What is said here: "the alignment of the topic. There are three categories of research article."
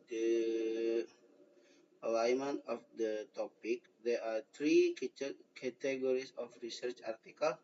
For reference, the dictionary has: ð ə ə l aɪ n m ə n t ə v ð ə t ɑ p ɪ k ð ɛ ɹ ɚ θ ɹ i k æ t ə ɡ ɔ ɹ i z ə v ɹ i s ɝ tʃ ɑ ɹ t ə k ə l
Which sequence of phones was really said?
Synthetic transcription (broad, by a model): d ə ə l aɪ m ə n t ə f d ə t ɑ p ɪ k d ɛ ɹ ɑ t ɹ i k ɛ t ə ɡ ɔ ɹ i s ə f ɹ i s ɝ tʃ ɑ ɹ t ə k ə l